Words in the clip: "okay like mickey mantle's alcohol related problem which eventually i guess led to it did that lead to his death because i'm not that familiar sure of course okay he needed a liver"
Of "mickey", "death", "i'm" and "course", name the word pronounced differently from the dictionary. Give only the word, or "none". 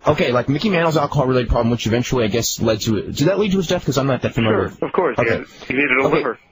none